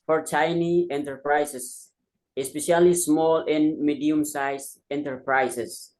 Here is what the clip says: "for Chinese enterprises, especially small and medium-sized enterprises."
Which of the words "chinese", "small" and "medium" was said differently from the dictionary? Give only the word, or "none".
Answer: chinese